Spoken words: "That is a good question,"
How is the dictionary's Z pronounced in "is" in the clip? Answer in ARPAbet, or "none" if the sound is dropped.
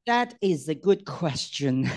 Z